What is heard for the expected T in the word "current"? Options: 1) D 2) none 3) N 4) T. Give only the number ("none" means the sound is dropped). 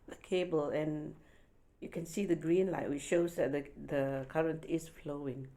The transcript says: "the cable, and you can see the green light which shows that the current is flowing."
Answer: 4